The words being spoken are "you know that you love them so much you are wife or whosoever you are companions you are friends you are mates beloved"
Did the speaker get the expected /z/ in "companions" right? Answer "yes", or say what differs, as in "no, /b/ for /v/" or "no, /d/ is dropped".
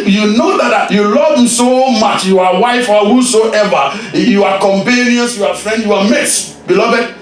no, /s/ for /z/